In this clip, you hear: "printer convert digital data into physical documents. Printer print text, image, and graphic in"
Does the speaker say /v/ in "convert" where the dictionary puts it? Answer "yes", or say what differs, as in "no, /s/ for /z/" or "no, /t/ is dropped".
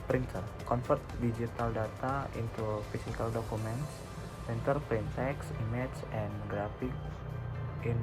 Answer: no, /f/ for /v/